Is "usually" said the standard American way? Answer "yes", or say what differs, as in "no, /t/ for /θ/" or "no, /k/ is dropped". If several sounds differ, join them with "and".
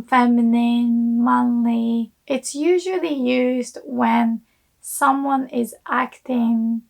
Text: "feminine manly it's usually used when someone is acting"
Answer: yes